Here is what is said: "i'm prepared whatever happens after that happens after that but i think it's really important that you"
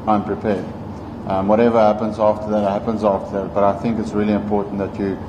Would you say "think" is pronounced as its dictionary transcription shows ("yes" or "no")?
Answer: yes